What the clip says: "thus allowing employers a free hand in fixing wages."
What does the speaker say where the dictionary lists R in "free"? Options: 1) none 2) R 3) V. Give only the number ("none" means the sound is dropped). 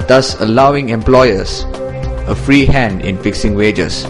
2